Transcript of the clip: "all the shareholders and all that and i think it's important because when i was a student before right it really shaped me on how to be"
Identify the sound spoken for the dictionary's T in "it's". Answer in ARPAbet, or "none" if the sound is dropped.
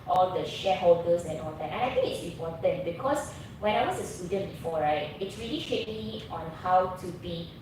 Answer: T